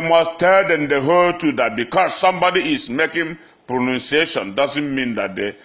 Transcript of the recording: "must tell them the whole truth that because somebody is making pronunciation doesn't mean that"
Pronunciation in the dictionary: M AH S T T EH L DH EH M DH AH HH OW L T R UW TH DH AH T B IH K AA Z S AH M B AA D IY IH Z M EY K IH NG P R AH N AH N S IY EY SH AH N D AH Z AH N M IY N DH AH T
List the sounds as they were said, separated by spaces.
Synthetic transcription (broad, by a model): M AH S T T EH L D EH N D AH HH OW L T UW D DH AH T B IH K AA S AH M B AA D IY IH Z M EY K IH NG P R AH N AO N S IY EY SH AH N D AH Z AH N M IY N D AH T